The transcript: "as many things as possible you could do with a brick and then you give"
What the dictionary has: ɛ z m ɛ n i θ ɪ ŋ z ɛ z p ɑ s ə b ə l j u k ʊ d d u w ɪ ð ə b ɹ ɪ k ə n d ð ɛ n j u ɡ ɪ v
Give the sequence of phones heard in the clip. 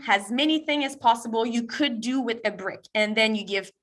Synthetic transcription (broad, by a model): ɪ z m ɛ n i θ ɪ ŋ ɪ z p ɑ s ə b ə l j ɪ k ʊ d d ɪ w ɪ ð ə b ɹ ɪ k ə n ð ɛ n j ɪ ɡ ɪ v